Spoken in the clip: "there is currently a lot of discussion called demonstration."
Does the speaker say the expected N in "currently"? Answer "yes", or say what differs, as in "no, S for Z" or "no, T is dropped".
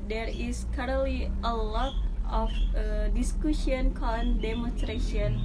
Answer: no, N is dropped